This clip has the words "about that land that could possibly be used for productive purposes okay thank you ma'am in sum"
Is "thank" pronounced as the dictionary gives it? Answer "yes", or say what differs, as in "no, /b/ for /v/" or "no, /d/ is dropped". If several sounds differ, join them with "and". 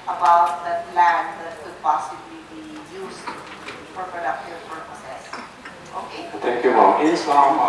no, /t/ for /θ/